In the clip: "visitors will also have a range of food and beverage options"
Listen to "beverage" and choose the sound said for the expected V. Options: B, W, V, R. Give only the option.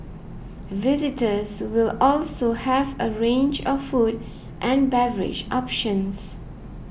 V